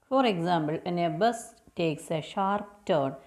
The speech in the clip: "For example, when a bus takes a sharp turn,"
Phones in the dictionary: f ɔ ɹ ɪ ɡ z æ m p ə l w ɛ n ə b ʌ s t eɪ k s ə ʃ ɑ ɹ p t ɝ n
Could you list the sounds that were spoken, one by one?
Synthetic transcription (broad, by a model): f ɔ ɹ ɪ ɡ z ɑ m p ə l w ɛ n ə b ʌ s t eɪ k s ə ʃ ɑ ɹ p t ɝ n